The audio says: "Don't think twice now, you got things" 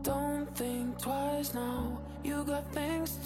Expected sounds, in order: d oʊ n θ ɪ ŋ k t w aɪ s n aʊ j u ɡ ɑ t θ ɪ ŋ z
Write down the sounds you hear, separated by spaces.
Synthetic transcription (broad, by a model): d oʊ n θ ɪ ŋ k t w aɪ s n aʊ j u ɡ ɑ t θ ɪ ŋ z